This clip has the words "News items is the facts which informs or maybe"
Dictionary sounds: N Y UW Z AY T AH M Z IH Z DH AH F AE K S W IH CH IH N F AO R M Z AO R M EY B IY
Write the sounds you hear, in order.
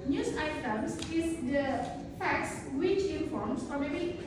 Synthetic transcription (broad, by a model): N Y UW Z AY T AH M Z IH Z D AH F AE K S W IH CH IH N F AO R M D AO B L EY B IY